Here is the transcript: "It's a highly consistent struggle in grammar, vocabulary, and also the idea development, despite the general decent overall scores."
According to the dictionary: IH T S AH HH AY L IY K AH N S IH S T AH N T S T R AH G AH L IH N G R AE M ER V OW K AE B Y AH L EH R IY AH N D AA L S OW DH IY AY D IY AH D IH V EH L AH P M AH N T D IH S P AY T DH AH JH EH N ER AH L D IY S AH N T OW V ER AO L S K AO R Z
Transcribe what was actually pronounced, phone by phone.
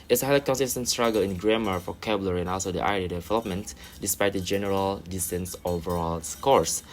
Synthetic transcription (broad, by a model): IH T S AH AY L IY K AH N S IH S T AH N S T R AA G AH L IH N G R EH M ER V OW K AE B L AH R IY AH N AA L S OW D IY AY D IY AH D IH V EH L AH P M AH N T D IH S P AY T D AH JH EH N ER AH L D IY S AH N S OW V ER AO L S K AO R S